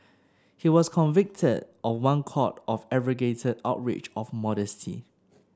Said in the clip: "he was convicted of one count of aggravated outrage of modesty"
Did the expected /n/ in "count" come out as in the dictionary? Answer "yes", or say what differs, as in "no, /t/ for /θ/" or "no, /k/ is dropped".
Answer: no, /n/ is dropped